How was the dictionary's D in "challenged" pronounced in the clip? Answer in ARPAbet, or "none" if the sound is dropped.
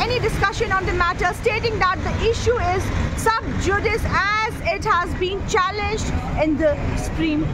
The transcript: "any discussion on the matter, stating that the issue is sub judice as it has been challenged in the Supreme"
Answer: D